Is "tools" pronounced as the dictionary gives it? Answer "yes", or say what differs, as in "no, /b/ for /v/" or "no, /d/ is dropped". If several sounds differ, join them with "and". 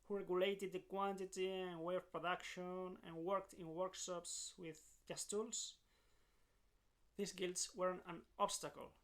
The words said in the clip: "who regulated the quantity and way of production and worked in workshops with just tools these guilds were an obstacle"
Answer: no, /s/ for /z/